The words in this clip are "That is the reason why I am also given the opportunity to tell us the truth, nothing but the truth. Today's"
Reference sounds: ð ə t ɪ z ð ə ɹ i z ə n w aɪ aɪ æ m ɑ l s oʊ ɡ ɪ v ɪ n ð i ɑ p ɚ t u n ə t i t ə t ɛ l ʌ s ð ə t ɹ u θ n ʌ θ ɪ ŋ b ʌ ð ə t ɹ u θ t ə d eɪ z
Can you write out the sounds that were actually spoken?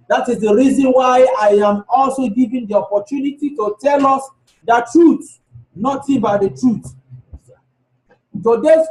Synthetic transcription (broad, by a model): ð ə t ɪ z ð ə ɹ i z ə n w aɪ aɪ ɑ m ɑ l s oʊ ɡ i v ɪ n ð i ɑ p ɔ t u n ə t i t ə t ɛ l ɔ s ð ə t ɹ u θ n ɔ t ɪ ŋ b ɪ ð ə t ɹ u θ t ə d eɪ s